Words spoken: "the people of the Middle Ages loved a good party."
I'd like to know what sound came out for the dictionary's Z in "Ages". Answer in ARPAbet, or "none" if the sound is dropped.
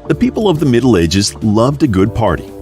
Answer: Z